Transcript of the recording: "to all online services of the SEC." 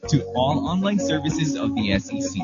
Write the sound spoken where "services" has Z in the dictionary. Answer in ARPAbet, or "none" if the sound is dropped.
Z